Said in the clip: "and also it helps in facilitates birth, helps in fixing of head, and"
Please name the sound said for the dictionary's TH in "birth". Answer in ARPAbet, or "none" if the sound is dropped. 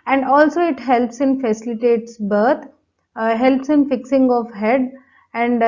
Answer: T